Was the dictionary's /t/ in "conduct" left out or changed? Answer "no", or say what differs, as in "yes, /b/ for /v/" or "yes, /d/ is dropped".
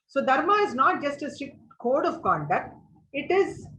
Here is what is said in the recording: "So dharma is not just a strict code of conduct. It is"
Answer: no